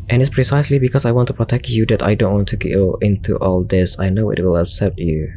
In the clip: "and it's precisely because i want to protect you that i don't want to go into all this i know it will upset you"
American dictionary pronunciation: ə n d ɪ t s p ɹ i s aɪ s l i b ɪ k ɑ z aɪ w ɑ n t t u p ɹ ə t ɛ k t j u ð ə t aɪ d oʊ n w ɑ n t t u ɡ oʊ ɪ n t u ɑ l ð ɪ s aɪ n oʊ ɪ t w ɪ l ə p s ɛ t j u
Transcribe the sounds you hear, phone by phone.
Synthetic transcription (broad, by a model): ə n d ɪ t s p ɹ i s aɪ s l i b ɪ k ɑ s aɪ w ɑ n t t u p ɹ ə t ɛ k t j u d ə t aɪ d oʊ n w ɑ n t t u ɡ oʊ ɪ n t u ɑ l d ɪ s aɪ n oʊ ɪ t w ɪ l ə s ɛ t j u